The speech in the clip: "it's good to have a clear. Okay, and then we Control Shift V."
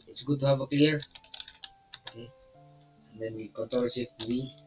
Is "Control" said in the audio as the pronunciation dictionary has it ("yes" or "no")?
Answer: no